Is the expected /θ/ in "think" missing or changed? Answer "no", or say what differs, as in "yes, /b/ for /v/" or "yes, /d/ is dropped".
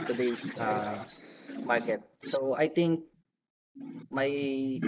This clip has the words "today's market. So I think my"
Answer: yes, /t/ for /θ/